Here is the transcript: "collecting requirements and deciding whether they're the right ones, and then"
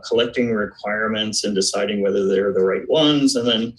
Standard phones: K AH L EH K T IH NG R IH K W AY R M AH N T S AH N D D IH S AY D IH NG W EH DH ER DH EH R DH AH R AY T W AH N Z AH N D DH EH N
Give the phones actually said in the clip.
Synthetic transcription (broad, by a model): K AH L EH K T IH NG R IH K W AY R M AH N T S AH N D D IH S AY D IH NG W EH DH ER DH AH R DH AH R AY T W AH N Z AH N DH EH N